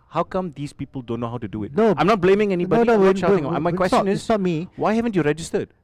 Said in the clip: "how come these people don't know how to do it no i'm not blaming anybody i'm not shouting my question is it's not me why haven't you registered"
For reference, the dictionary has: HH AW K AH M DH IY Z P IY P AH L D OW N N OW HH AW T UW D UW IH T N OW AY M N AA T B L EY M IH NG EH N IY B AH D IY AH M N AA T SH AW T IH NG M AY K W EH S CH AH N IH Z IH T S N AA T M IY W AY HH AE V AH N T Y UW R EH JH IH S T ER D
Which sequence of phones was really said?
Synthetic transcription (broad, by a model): HH AW K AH M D IY S P IY P AH L D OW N N OW HH AW T UW D UW IH T N OW AY M N AA T B L EY M IH NG EH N IY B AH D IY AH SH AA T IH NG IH M AY K W EH S CH AH N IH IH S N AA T M IY W AY HH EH V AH N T Y UW R EH JH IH S T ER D